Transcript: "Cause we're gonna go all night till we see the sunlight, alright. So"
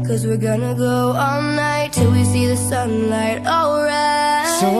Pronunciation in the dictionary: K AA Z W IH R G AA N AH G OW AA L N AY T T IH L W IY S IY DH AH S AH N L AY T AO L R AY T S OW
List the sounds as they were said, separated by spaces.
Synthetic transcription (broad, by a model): K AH Z W IH R G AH N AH G OW AA L N AY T T IH L W IY S IY DH AH S AH N L AY T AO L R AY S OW